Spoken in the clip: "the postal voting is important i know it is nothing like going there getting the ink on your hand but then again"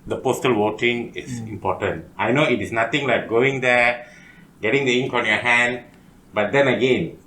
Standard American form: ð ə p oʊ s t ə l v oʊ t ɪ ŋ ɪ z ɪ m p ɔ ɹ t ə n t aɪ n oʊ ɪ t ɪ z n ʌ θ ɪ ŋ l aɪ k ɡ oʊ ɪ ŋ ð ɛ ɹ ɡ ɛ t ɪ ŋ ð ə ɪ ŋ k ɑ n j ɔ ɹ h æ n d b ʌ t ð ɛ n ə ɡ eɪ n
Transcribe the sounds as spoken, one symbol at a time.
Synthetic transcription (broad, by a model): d ə p oʊ s t ə l w oʊ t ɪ ŋ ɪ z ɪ m p ɔ t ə n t aɪ n oʊ ɪ t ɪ s n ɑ t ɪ ŋ l aɪ k ɡ oʊ ɪ ŋ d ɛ ɡ ɛ t ɪ ŋ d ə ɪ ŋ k ɑ n j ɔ h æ n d b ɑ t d ɛ n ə ɡ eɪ n